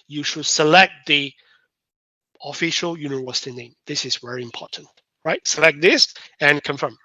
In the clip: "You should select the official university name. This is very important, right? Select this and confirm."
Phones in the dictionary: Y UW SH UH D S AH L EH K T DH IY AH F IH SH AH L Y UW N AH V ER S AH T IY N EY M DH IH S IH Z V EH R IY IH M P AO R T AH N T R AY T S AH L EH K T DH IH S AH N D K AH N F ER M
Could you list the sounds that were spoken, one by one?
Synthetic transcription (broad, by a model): Y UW SH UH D S AH L EH K T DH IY AH F IH SH AH L Y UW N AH W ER S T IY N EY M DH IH S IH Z V EH R IY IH M P AO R T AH N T R AY T S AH L EH K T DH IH S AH N K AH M F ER M